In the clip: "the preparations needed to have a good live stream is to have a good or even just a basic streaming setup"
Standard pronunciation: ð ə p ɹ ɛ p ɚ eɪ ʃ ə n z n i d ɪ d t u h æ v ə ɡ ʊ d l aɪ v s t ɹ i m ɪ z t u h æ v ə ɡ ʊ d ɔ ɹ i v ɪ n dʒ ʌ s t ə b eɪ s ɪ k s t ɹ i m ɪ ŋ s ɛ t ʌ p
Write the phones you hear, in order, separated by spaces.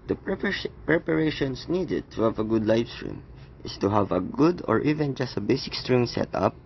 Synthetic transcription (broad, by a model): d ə p ɹ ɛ p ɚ eɪ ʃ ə n s n i d ɪ d t u h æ v ə ɡ ʊ d l aɪ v s t ɹ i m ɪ s t u h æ v ə ɡ ʊ d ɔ ɹ i v ɪ n dʒ ʌ s t ə b eɪ s ɪ k s t ɹ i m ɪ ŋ s ɛ t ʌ p